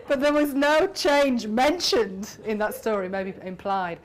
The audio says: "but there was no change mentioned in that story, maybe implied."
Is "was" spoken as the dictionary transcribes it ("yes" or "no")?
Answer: yes